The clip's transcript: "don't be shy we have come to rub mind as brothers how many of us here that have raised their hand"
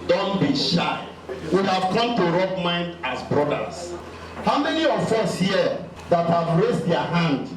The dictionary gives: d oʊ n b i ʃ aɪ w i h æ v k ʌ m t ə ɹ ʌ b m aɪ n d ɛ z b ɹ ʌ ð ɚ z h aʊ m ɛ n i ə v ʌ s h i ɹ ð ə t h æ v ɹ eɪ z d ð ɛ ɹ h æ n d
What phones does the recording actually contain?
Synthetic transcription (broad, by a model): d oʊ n b i ʃ aɪ w i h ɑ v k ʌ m t ə ɹ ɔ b m aɪ n d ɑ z b ɹ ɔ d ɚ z h aʊ m ɛ n i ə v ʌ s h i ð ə t h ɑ v ɹ eɪ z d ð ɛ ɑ h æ n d